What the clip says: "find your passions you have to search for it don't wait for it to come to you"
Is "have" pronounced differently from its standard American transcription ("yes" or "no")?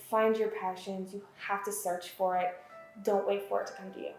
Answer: yes